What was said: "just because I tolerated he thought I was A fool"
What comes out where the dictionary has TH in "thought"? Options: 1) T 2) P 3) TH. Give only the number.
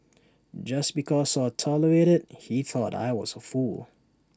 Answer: 3